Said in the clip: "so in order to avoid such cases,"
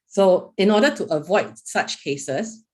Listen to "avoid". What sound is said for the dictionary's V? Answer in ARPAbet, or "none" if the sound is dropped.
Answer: V